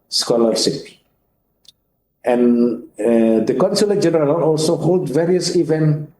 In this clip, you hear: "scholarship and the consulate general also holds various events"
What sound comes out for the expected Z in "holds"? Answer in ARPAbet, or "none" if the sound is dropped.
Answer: none